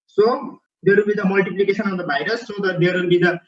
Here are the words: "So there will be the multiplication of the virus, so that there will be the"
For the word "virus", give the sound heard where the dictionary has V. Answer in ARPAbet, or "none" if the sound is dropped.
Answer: B